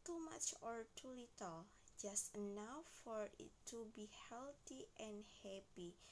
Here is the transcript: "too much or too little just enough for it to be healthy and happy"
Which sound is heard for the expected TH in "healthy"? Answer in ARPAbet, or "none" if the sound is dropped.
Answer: T